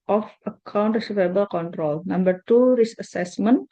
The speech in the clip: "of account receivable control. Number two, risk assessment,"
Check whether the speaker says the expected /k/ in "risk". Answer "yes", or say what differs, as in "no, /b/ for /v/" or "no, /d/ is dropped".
no, /k/ is dropped